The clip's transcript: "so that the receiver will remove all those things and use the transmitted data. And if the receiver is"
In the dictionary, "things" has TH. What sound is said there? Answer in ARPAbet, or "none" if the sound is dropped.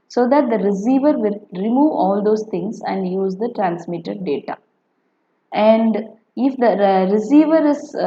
T